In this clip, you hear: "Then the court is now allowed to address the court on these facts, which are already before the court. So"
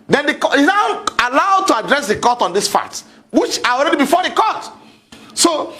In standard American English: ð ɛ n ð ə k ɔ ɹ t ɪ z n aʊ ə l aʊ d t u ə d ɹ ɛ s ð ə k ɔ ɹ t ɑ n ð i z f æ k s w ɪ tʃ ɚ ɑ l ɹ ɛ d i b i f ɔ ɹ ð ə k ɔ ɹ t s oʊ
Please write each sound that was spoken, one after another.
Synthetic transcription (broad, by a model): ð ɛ n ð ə k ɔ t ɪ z n aʊ ə l aʊ d t u ə d ɹ ɛ s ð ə k ɔ t ɑ n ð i s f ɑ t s w ɪ tʃ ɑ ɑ l ɹ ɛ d i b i f ɔ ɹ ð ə k ɔ t s oʊ